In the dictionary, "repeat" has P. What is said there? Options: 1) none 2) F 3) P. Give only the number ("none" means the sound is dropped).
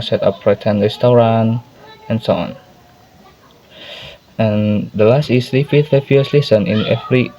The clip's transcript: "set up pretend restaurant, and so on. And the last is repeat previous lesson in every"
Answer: 2